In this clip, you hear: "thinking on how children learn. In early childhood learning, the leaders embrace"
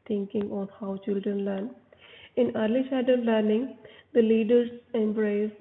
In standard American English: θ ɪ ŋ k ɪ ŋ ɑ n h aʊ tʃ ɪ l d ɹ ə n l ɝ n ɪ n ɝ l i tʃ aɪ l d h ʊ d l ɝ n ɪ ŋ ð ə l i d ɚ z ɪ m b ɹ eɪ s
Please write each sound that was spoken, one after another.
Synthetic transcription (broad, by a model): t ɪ ŋ k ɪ ŋ ɑ n h aʊ tʃ ɪ l d ɹ ə n l ɝ n ɪ n ɝ l i ʃ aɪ d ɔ l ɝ n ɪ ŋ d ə l i d ɚ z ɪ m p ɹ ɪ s